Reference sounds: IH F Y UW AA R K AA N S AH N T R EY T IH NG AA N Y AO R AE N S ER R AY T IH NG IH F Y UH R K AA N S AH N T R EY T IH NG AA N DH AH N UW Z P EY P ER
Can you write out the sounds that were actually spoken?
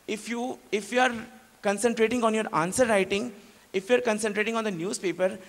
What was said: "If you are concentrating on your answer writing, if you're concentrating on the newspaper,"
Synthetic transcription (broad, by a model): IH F Y UW AA R K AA N S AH N T R EY T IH NG AA N Y AO R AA N S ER R AY T IH NG IH F Y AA R K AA N S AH N T R EY T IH NG AA N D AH N UW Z P EY P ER